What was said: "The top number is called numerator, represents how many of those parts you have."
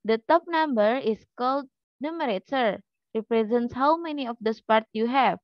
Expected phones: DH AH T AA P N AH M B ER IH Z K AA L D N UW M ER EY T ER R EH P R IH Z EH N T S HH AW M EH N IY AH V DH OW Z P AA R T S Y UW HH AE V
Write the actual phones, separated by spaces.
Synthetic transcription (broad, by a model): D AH T AA P N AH M B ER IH S K AA L D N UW M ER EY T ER R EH P R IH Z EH N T S HH AW M EH N IY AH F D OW S P AA R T Y UW HH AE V